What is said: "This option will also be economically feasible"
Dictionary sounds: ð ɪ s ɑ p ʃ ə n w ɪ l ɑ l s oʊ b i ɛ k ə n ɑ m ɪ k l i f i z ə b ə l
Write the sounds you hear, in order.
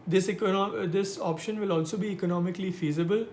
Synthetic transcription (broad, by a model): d ɪ s ɑ p ʃ ə n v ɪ l ɑ l s oʊ b i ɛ k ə n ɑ m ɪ k l i f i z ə b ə l